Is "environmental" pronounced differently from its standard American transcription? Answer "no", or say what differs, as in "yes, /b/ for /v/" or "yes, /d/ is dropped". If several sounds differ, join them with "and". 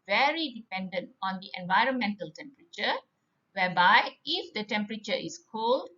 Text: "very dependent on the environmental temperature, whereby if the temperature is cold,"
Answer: no